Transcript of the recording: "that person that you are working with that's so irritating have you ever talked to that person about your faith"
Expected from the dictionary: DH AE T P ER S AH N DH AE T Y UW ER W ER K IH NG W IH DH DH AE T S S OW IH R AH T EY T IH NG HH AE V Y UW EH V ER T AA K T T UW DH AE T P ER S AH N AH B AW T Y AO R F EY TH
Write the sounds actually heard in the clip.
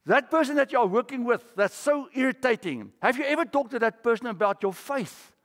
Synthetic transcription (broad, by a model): DH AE T P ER S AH N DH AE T Y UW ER W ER K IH NG W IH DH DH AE T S S OW IH R AH T EY T IH NG HH AE V Y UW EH V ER T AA K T T UW DH AE T P ER S AH N AH B AW T Y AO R F EY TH